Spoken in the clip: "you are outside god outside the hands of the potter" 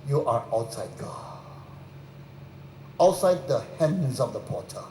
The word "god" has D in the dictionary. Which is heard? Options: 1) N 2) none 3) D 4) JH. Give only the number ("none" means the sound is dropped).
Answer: 2